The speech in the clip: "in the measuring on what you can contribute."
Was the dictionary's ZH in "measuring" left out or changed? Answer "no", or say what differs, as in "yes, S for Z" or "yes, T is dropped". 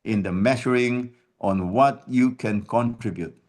yes, SH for ZH